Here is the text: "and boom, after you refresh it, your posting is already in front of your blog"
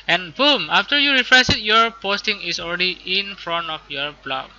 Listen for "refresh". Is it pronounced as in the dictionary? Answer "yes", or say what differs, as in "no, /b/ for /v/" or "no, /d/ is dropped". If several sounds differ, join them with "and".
no, /s/ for /ʃ/